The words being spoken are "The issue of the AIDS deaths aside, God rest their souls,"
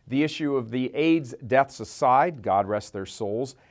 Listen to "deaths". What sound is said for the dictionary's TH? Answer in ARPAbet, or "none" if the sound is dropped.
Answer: TH